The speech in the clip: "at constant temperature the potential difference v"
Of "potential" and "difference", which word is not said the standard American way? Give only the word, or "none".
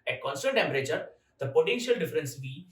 none